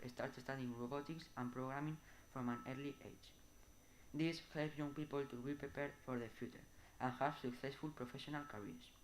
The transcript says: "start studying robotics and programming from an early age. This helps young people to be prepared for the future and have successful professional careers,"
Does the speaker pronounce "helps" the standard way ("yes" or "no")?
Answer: no